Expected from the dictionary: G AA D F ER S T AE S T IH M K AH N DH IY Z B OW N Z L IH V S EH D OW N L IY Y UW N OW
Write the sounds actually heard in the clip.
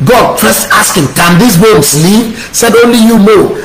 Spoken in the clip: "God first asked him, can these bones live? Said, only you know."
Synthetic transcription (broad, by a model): G AA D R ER S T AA S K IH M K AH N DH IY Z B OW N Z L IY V S EH D OW N L IY Y UW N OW